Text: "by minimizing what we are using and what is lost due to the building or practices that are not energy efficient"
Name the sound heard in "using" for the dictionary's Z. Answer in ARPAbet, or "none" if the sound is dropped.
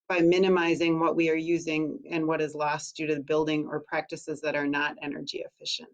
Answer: Z